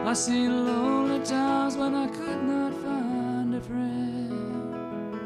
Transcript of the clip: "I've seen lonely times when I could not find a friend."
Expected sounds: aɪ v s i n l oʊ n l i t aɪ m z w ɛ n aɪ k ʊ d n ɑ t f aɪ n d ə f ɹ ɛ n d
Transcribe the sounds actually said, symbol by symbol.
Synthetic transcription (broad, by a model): aɪ s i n l oʊ n l i t aɪ m z w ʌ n aɪ k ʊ d n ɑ t f aɪ n d ə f ɹ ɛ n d